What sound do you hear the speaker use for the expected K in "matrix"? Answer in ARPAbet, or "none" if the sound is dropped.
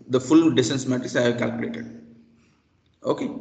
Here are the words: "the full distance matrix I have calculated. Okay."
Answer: none